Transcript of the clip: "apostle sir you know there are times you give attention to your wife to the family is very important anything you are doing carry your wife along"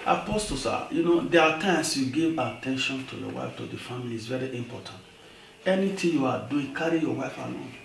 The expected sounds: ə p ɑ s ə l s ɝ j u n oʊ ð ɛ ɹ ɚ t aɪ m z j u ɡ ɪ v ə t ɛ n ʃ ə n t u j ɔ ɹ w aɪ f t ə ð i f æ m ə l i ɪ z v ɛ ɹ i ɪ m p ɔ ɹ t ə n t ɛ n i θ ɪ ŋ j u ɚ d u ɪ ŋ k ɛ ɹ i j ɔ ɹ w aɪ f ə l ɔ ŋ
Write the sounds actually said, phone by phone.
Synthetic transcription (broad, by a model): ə p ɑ s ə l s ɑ j u n oʊ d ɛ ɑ t aɪ m s j u ɡ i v ə t ɛ n ʃ ə n t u j ɔ w aɪ f t ə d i f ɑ m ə l i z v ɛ ɹ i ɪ m p ɔ t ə n t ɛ n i t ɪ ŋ j u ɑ d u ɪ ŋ k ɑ ɹ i j ɔ w aɪ f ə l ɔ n